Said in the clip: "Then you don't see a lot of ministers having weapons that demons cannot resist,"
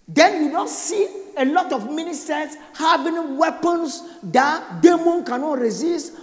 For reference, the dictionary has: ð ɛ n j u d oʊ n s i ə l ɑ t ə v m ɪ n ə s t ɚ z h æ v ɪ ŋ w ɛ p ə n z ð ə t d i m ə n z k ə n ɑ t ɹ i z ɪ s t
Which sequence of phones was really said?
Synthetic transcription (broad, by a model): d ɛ n j u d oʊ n s i ə l ɑ t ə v m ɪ n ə s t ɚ s h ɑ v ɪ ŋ w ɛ p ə n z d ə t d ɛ m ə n k ə n ɑ t ɹ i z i s t